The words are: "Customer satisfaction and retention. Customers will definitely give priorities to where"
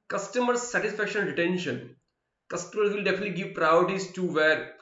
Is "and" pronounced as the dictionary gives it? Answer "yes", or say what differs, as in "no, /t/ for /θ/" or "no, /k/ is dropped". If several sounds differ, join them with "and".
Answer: no, /l/ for /n/